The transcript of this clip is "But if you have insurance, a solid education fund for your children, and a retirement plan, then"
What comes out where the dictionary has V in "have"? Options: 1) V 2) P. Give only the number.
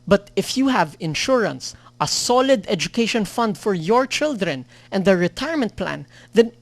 1